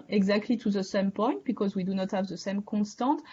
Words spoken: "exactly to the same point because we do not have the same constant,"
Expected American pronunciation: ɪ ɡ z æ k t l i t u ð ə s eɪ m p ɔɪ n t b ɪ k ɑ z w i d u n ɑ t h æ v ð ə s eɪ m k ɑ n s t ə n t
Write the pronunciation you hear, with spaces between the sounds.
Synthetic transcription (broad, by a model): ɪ ɡ z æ k t l i t u ð ə s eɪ m p ɔɪ n t b ɪ k ɑ z w i d u n ɑ t h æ v ð ə s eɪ m k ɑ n s t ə t